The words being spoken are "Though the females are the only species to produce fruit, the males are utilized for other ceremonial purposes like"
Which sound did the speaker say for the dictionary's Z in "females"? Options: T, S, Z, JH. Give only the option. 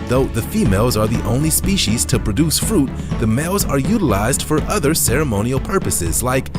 Z